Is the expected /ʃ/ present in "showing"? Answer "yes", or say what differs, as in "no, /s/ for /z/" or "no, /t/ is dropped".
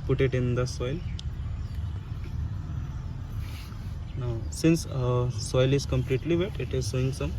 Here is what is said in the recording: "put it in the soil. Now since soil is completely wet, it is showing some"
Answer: no, /s/ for /ʃ/